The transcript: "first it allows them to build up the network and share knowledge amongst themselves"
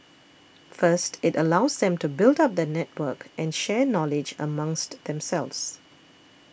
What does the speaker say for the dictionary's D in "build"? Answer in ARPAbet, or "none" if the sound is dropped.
D